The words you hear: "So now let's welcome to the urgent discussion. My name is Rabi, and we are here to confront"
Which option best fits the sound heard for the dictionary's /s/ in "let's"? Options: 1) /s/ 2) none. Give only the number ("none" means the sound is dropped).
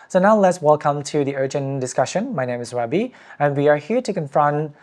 1